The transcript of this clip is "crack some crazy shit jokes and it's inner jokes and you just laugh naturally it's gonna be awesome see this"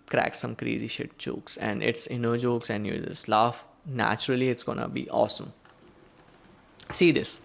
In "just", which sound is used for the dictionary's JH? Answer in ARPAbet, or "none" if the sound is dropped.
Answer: Z